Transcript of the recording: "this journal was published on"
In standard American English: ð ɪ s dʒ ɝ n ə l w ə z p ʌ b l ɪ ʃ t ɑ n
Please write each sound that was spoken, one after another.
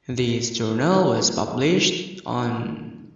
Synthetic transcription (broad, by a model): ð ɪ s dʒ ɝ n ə l w ə z p ʌ b l ɪ ʃ t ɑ n